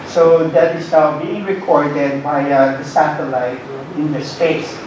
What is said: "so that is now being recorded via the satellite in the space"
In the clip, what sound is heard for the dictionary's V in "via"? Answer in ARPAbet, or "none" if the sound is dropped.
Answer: B